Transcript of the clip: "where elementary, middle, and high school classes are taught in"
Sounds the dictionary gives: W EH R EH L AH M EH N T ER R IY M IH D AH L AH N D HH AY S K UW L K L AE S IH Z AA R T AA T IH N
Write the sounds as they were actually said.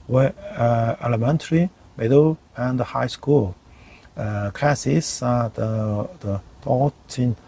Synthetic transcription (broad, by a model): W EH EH L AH M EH N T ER R IY M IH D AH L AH N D HH AY S K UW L K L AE S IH S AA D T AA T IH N